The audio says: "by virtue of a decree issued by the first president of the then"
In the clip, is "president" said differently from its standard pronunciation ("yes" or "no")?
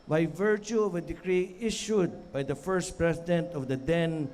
yes